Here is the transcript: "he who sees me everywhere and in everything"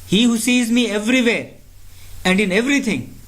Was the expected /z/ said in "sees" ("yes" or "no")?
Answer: yes